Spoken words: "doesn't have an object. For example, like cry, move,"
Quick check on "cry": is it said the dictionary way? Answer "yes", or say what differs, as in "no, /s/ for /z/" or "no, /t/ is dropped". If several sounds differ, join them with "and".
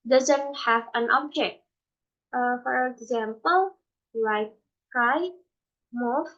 no, /ɹ/ is dropped